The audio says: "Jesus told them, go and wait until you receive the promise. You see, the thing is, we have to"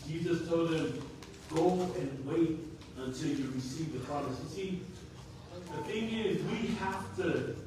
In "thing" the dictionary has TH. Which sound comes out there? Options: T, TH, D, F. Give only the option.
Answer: TH